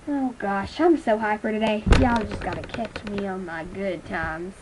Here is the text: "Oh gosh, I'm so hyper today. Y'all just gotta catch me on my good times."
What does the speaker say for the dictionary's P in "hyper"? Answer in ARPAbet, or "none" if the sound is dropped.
F